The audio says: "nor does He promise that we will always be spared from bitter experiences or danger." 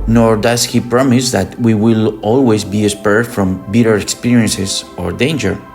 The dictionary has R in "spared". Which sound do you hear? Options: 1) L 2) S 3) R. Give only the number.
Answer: 3